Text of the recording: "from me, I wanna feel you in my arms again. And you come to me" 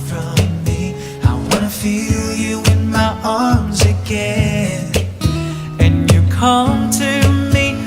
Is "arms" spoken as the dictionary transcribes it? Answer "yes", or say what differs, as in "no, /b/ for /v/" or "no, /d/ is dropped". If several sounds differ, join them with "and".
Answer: yes